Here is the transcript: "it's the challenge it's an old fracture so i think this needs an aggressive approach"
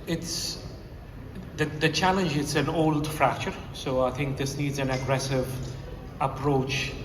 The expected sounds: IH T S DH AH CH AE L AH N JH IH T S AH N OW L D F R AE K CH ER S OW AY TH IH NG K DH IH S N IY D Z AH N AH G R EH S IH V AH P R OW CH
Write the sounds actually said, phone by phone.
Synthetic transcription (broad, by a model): IH T S DH AH CH AE L AH N JH IH T S AH N OW L D F R AE K CH ER S OW AY TH IH NG K DH IH S N IY D Z AH N AH G R EH S IH V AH P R OW CH